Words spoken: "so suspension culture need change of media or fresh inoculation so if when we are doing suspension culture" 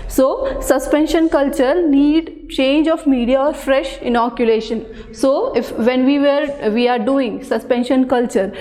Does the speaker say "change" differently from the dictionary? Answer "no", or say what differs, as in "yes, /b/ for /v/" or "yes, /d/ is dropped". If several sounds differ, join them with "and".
no